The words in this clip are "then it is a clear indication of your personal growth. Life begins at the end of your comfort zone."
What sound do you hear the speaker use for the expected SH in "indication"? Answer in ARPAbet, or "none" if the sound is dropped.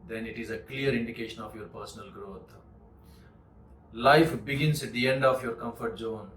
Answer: SH